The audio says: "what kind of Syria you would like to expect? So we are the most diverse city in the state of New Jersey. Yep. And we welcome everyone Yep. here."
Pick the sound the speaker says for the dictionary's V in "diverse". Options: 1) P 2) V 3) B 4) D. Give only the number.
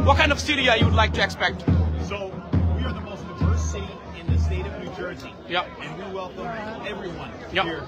1